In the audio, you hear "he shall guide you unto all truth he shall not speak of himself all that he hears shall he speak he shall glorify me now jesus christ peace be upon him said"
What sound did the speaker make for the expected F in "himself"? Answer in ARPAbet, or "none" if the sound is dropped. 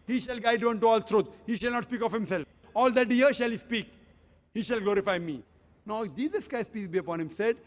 F